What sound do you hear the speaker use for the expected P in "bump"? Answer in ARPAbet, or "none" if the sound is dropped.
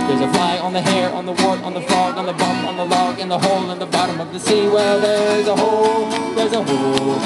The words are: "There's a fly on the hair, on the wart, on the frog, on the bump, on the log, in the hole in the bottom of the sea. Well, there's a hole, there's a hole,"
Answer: none